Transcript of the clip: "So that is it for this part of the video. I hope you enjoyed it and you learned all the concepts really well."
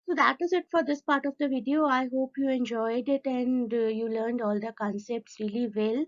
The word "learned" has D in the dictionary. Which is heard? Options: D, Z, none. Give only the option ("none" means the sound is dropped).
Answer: D